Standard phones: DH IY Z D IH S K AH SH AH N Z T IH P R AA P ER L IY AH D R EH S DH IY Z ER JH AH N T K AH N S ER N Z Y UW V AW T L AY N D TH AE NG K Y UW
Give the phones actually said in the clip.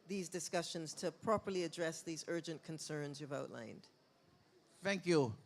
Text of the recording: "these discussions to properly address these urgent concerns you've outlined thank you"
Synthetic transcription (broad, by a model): DH IY Z D IH S K AH SH AH N Z T IH P R AA P ER L IY AH D R EH S DH IY Z ER JH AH N K AH N S ER N Z Y UW V AW T L AY N D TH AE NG K Y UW